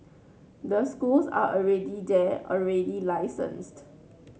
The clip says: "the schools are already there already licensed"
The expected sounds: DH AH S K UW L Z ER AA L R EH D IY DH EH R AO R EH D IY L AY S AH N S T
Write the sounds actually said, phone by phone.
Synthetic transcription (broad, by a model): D AH S K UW L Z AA AA L R EH D IY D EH AO R EH D IY L AY S AH N S T